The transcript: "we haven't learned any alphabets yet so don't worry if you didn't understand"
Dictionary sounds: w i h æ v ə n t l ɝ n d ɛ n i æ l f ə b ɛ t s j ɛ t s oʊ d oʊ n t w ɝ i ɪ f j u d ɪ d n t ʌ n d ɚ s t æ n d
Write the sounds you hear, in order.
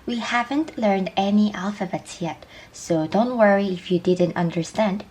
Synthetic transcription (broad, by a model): w i h æ v ə n t l ɝ n d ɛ n i æ l f ə b ɛ t s j ɛ t s oʊ d oʊ n t w ɝ i ɪ f j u d ɪ d n t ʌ n d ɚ s t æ n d